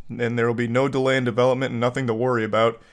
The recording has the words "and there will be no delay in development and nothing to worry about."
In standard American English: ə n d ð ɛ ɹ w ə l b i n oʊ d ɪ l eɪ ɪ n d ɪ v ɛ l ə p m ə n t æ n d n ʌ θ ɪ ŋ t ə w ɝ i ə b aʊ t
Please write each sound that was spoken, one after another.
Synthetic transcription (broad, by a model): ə n ð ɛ ɹ w ə l b i n oʊ d ɪ l eɪ ɪ n d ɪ v ɛ l ə p m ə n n n ʌ θ ɪ ŋ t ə w ɝ i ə b aʊ t